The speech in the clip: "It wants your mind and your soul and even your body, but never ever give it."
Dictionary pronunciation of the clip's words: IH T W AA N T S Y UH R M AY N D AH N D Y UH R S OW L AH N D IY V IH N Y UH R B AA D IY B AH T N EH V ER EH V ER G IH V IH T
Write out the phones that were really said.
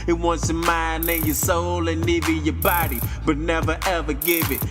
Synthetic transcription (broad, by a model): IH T W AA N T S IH M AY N AH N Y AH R S OW L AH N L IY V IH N Y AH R B AA D IY B AH T N EH V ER EH V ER G IH V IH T